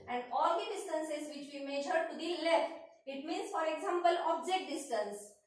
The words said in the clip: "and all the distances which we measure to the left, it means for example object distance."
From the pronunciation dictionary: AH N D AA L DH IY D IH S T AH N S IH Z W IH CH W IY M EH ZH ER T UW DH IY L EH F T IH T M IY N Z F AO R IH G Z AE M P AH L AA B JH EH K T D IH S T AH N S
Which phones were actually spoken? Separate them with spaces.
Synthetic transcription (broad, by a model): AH N D AA L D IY D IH S T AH N S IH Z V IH CH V IY M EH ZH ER T UW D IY L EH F T IH T M IY N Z F AO R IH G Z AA M P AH L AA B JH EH T D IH S T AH N S